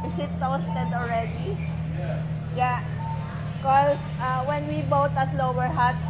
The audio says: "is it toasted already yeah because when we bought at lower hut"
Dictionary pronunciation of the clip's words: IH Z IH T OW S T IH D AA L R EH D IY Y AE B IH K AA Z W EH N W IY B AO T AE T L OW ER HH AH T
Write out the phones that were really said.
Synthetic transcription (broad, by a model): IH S IH T OW S T IH D AA L R EH D IY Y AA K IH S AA W EH N W IY B AO T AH T L OW ER HH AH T